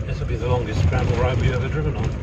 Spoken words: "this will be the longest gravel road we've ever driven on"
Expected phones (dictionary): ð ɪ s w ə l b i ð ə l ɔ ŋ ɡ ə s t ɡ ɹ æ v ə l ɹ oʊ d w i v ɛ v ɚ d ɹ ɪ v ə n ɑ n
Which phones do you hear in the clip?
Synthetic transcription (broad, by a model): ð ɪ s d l b i ð ə l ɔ ŋ ɡ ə s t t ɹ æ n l ɹ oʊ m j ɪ ɛ v ɚ d ɹ ɪ v ə n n